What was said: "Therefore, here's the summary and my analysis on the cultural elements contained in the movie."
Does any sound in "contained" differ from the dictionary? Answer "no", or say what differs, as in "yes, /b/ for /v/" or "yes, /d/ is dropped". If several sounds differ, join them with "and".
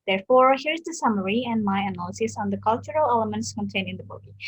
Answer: yes, /d/ is dropped